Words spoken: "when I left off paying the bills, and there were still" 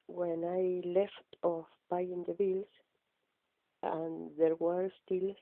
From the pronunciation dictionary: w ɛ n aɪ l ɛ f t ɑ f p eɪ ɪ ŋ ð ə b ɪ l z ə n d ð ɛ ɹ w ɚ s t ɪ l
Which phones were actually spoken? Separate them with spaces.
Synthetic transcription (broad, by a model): w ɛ n aɪ l ɛ f t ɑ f b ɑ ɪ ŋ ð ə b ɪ l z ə n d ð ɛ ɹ w ɚ s t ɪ l